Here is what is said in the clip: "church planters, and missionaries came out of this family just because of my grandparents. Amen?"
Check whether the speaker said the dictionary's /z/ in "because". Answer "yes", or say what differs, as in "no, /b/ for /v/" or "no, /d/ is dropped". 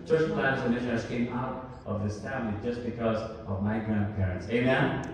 yes